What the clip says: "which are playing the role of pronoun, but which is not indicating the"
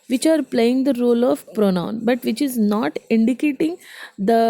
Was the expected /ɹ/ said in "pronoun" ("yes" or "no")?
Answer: yes